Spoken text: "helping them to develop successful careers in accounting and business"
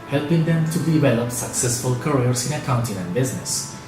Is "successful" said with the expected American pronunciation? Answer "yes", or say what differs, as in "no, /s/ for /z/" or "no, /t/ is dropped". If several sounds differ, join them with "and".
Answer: yes